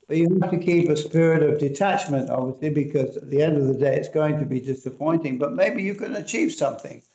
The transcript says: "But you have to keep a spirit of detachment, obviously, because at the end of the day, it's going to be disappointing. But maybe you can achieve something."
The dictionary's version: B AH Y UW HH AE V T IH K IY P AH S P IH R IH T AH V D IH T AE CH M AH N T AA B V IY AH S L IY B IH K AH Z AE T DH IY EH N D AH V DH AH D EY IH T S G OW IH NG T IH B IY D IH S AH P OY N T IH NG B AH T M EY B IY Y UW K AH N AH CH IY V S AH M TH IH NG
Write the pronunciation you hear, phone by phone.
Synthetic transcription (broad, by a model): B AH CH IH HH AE F T IH K IY P AH S P IH R IH T AH V D IH T AE CH M AH N T AA B V IY AH S L IY B IH K AH Z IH T DH IY EH N D AH V DH AH D EY IH T S G OW IH NG T IH B IY D IH S AH P OY N T IH NG B AH T M EY B IY Y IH K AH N AH CH IY V S AH M TH IH NG